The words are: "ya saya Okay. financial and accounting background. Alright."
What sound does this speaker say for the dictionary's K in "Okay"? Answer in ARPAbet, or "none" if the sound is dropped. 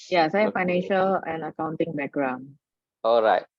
none